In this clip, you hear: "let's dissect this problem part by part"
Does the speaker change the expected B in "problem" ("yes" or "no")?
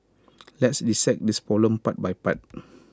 yes